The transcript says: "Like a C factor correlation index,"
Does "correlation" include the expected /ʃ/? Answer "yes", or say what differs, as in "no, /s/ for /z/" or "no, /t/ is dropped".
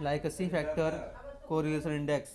no, /s/ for /ʃ/